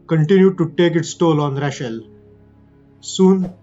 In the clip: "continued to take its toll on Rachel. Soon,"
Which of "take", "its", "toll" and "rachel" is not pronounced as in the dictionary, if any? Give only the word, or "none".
rachel